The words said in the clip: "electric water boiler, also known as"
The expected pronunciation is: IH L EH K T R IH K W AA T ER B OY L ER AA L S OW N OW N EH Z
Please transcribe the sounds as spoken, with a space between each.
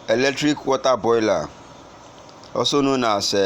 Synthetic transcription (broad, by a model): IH L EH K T R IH K W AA T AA B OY L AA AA S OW N OW N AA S